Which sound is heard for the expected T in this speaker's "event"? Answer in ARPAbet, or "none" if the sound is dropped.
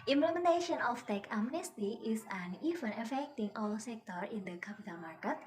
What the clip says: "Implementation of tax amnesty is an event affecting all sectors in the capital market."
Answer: none